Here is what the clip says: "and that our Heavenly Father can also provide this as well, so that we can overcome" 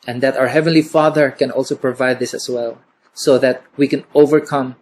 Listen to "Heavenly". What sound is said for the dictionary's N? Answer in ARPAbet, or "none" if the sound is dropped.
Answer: N